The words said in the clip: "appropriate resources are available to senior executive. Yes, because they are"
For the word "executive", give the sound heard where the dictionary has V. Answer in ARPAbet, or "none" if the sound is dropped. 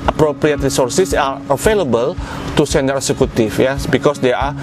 F